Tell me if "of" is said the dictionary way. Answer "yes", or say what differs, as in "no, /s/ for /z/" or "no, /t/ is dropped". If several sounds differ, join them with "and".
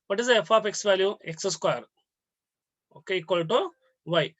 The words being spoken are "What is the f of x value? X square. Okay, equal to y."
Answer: no, /p/ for /v/